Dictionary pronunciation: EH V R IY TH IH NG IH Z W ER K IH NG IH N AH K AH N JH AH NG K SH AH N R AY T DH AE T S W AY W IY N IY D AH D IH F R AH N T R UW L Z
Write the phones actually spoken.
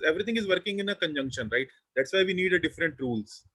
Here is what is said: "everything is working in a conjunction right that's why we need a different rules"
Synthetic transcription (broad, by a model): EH V R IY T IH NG IH Z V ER K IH NG IH N AH K AH N JH AH NG K SH AH N R AY T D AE T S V AY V IY N IY D AH D IH F R AH N T R UW L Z